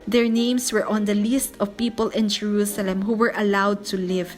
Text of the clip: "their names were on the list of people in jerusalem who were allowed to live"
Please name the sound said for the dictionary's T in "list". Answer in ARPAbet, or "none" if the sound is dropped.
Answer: T